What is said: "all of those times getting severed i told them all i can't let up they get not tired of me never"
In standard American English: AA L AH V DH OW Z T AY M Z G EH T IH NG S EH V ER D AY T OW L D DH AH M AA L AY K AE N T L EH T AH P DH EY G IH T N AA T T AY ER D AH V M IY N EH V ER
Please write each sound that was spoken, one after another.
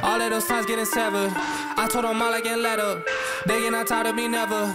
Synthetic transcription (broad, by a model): AA L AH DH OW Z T AY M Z G EH T IH NG S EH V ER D AY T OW D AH M AA L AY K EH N L EH T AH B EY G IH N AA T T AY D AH M IY N EH V ER